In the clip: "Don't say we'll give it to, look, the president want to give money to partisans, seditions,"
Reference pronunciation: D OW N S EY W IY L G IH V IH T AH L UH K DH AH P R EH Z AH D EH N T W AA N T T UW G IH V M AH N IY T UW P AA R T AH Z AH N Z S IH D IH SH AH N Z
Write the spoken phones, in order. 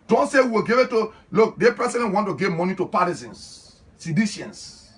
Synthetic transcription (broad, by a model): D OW N S EY W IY W G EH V IH T AH L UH K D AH P R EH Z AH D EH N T W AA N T T UW G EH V M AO N IY T UW P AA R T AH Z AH N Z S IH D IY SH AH N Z